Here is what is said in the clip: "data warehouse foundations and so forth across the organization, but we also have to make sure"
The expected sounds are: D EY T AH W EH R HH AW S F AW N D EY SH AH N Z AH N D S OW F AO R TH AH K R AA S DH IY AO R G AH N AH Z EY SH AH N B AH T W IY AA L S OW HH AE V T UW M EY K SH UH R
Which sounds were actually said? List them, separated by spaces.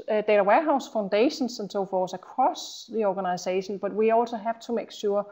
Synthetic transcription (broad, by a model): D EY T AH W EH HH AW S F AW N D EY SH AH N S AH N S OW F AO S AH K R AA S DH IY AO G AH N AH S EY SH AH N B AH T W IY AA L S OW HH AE V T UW M EY K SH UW